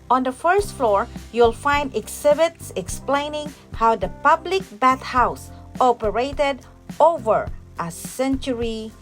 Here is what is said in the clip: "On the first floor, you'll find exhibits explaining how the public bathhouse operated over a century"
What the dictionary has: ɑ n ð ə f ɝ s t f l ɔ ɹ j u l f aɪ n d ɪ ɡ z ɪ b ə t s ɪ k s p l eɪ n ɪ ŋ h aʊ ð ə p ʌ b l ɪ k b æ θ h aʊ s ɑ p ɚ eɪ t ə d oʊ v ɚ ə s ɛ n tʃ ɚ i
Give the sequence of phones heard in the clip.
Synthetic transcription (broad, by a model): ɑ n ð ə f ɝ s t f l ɔ ɹ j u l f aɪ n d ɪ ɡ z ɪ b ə t s ɪ k s p l eɪ n ɪ ŋ h aʊ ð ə p ʌ b l ɪ k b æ t h aʊ s ɑ p ɚ eɪ t ə d oʊ v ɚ ə s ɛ n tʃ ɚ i